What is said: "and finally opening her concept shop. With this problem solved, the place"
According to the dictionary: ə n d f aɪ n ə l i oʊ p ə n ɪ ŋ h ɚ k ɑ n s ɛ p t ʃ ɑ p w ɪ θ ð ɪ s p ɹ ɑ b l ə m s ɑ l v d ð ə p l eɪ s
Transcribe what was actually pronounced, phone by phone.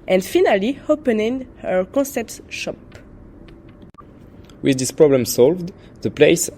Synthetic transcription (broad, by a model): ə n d f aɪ n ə l i oʊ p ə n ɪ ŋ h ɚ k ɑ s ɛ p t ʃ ɑ p w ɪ ð ɪ s p ɹ ɑ b l ə m s ɑ l v d ð ə p l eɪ s